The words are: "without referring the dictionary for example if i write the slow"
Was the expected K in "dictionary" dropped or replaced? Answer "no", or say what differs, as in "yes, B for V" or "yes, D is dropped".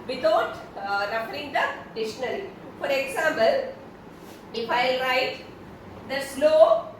yes, K is dropped